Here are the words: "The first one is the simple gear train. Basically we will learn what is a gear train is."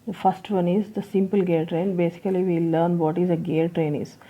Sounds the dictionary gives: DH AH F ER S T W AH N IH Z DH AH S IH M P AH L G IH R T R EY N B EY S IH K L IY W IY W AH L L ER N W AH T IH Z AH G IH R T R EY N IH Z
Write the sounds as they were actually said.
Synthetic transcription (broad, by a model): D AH F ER S T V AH N IH Z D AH S IH M P AH L G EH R T R EY N B EY S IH K IY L IY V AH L L ER N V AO T IH Z AH G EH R T R EY N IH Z